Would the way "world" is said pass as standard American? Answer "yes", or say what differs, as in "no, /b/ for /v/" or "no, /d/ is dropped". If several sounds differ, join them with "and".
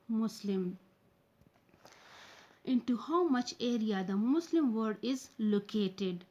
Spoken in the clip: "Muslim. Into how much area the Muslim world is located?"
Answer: no, /l/ is dropped